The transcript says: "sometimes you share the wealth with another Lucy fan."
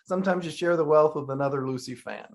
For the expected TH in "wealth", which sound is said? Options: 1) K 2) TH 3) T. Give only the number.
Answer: 2